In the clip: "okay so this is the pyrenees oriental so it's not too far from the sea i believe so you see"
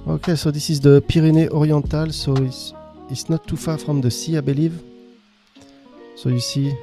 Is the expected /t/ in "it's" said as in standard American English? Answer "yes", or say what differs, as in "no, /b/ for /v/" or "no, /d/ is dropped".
no, /s/ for /t/